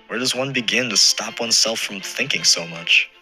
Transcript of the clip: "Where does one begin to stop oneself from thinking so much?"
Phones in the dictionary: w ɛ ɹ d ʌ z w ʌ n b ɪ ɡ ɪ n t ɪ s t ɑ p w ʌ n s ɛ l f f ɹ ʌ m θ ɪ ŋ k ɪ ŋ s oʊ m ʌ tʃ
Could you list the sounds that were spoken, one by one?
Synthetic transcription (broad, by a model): w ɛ ɹ d ʌ z w ʌ n b ɪ ɡ ɪ n t ɪ s t ɑ p w ʌ n s ɛ l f f ɹ ʌ m θ ɪ ŋ k ɪ ŋ s oʊ m ʌ tʃ